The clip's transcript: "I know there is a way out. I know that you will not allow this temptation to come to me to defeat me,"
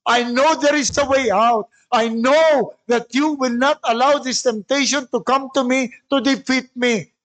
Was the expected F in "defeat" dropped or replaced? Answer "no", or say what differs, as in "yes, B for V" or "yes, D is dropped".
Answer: no